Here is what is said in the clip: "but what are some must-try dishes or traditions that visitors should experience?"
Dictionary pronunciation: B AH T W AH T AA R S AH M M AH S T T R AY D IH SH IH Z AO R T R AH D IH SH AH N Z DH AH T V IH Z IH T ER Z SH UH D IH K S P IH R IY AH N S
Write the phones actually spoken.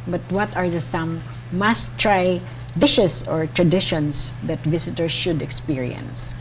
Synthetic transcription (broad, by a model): B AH T W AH T AA R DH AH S M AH S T T R AY D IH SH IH S AO R T R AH D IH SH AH N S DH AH T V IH S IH T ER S SH UH D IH K S P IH R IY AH N S